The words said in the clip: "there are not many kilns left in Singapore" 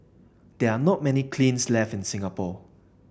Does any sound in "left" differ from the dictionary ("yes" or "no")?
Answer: no